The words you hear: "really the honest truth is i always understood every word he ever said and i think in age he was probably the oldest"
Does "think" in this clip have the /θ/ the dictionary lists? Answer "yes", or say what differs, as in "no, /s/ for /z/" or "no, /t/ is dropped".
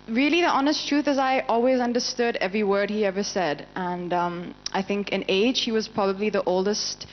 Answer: yes